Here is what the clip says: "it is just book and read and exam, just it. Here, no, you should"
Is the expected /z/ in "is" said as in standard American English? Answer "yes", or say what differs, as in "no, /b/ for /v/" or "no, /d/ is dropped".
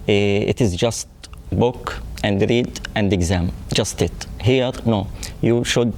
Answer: yes